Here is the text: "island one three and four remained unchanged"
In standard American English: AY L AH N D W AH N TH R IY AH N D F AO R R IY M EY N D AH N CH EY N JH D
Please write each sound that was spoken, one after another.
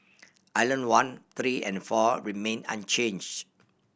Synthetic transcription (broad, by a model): AY L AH N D W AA N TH R IY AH N F AO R R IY M EY N AH N CH EY N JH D